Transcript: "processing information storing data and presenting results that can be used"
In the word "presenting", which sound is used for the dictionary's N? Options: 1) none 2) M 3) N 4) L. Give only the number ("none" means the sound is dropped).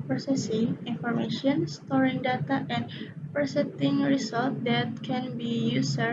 1